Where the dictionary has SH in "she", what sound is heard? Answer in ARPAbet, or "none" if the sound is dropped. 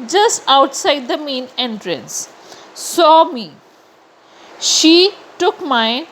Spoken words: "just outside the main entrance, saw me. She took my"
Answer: SH